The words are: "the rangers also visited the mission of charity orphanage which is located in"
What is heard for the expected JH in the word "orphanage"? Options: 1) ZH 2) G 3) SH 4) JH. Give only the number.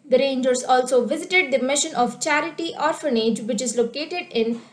4